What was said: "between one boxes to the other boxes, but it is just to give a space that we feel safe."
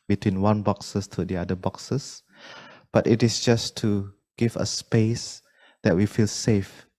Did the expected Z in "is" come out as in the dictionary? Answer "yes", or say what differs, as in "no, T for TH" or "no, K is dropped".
no, S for Z